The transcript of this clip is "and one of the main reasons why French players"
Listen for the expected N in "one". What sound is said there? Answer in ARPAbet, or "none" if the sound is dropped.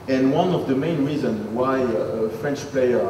N